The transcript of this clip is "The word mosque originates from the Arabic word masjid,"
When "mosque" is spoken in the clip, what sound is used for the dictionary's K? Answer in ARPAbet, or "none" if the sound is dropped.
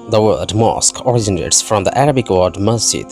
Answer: K